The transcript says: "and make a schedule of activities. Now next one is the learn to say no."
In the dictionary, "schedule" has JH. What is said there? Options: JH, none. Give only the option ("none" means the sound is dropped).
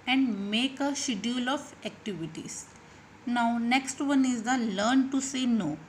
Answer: none